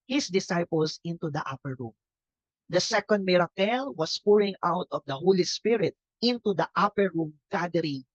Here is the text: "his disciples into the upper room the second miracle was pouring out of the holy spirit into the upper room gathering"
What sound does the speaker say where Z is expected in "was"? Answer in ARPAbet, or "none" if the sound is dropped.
S